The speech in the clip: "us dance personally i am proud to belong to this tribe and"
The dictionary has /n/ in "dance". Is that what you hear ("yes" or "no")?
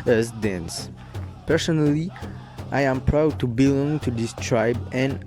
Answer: yes